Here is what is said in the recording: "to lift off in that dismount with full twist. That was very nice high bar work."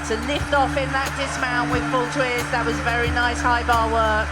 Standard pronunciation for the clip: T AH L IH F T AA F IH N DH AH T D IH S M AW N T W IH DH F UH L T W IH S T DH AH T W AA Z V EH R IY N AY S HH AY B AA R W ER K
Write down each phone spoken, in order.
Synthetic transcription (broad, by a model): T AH L IH F T AA F IH N DH AH T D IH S M AW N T W IH DH F UH L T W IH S DH AH T W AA Z V EH R IY N AY S HH AY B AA W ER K